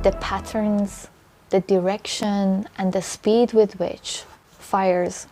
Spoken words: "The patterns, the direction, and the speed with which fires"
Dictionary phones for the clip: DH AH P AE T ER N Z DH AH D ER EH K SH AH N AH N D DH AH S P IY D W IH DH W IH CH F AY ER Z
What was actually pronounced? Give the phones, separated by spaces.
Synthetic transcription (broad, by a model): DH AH P AE T ER N Z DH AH D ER EH K SH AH N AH N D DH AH S P IY D W IH DH W IH CH F AY ER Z